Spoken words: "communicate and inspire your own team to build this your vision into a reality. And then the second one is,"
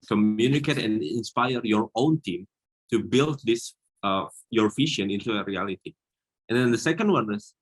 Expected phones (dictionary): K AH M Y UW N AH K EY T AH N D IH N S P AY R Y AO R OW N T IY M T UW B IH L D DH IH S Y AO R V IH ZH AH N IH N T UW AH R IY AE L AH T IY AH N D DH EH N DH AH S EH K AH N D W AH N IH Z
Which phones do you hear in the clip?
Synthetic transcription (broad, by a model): K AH M Y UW N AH K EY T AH N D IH N S P AY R Y AO R OW N T IY M T UW B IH L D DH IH S Y AO R F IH SH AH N IH N T UW AH R IY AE L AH T IY AH N D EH N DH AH S EH K AH N D W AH N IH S